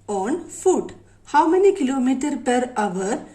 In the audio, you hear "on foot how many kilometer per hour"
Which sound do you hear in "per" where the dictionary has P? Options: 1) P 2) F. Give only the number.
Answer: 1